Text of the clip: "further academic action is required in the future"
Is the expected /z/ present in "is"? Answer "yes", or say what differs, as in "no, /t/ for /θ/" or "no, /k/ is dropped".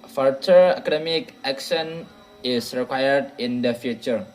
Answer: no, /s/ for /z/